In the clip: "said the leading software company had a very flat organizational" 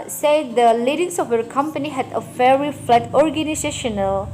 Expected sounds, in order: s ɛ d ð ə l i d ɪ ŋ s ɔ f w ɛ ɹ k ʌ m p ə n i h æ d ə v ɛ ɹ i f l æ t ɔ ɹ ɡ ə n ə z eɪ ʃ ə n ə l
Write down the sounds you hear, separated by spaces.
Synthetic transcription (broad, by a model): s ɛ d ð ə l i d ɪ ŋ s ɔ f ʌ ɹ k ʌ m p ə n i h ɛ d ə f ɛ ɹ i f l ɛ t ɔ ɹ ɡ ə n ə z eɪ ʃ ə n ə l